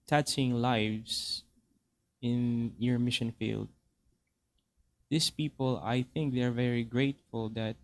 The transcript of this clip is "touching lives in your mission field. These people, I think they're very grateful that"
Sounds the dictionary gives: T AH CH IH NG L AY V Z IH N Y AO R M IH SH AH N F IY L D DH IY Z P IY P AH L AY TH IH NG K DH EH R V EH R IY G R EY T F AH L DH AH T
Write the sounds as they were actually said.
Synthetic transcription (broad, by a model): T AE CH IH NG L AY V S IH N Y AO R M IH SH AH N F IY L D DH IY S P IY P AH L AY TH IH NG K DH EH R V EH R IY G R EY T F AH L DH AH T